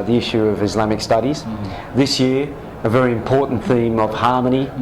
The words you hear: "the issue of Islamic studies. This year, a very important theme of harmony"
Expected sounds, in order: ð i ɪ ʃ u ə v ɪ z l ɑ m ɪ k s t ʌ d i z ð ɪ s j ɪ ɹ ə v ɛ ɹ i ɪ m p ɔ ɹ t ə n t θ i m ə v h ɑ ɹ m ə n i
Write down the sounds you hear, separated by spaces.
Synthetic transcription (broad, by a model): ð i ɪ ʃ u ə v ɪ z l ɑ m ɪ k s t ʌ d i z ð ɪ s j ɪ ɹ ə v ɛ ɹ i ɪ m p ɔ ɹ t n θ i m ə v h ɑ ɹ m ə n i